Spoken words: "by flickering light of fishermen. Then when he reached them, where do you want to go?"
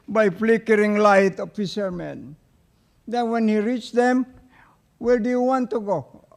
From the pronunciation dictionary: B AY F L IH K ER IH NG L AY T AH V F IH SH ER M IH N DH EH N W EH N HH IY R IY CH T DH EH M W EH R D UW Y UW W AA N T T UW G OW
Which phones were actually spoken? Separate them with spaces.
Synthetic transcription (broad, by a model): B AY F L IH K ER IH NG L AY T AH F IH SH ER M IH N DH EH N W EH N HH IY R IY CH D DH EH M W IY L D UW Y UW W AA N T T UW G OW